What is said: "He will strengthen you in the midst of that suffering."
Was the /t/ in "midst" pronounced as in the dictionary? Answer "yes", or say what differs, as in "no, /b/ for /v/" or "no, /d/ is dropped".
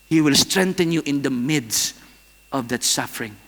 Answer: yes